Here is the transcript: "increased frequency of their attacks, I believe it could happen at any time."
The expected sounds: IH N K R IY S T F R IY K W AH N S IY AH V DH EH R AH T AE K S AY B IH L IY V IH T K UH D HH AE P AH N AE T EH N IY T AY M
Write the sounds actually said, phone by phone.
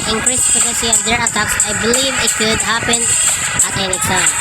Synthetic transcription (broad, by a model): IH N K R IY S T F IY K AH S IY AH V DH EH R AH T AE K S AY B IH L IY V IH T K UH D HH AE P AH N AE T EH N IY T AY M